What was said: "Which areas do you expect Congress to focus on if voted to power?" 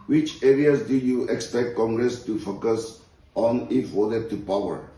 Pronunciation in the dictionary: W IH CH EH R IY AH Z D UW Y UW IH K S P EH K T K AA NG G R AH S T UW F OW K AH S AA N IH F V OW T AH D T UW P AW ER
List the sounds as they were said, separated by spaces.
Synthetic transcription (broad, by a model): W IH CH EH R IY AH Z D UW Y UW IH K S P EH K T K AA NG G R AH S T UW F OW K AH S AA N IH F W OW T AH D T UW P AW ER